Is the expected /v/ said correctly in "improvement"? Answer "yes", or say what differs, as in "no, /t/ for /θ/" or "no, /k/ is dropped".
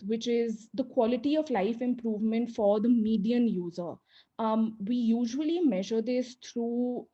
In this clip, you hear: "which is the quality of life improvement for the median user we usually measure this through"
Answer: yes